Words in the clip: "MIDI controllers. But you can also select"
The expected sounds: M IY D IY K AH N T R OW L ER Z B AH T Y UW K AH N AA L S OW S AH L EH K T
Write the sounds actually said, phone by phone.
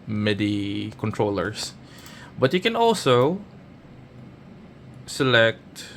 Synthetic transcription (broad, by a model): M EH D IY K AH N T R OW L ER S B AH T Y UW K AH N AA L S OW S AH L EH K T